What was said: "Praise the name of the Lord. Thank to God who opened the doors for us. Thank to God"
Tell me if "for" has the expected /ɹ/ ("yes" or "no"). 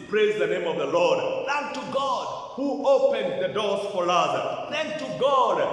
no